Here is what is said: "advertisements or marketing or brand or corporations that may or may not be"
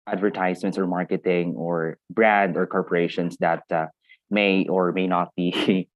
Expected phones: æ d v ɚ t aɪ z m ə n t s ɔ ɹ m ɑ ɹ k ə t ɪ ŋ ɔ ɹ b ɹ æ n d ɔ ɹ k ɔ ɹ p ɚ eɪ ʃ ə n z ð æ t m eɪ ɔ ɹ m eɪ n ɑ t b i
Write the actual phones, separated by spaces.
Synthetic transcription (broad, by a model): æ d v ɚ t aɪ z m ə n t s ɔ ɹ m ɑ ɹ k ə t ɪ ŋ ɔ ɹ b ɹ æ n d ɔ ɹ k ɔ ɹ p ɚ eɪ ʃ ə n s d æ t m eɪ ɔ ɹ m eɪ n ɑ t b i